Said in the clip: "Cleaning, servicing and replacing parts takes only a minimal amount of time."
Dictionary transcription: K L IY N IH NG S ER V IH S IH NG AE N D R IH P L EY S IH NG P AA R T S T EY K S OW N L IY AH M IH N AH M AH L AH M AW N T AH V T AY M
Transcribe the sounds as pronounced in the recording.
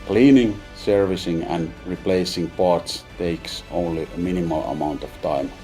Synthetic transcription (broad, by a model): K L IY N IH NG S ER V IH S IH NG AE N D R IH P L EY S IH NG P AA R T S T EY K S OW N L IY AH M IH N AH M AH L AH M AW N T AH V T AY M